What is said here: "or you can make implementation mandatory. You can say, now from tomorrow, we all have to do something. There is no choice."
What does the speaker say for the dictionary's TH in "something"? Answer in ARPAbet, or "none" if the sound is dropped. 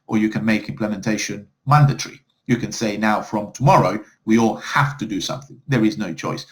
TH